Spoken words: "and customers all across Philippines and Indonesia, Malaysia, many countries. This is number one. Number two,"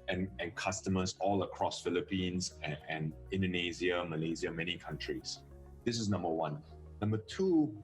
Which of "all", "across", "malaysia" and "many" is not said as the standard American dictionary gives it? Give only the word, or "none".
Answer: malaysia